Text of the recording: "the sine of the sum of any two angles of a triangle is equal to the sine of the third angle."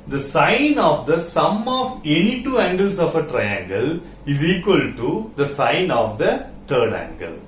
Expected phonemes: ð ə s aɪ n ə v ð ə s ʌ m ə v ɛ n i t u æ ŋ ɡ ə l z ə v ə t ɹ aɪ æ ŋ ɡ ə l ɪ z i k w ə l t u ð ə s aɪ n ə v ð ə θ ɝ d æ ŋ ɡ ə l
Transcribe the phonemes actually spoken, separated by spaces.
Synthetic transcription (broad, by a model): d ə s aɪ n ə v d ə s ʌ m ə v ɛ n i t u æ ŋ ɡ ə l s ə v ə t ɹ aɪ æ ŋ ɡ ə l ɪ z i k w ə l t u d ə s aɪ n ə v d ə t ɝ d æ ŋ ɡ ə l